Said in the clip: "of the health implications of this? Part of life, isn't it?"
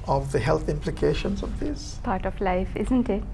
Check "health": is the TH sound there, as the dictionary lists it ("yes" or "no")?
no